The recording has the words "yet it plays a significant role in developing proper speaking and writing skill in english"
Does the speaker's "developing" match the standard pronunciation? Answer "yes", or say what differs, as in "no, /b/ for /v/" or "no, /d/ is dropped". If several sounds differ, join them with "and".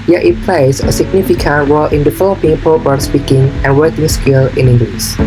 no, /f/ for /v/